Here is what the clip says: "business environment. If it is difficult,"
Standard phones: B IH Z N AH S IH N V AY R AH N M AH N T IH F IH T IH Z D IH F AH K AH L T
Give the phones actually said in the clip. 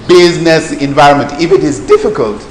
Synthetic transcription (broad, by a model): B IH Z N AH S IH N V AY R AH N M AH N T IH F IH T IH Z D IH F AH K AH L T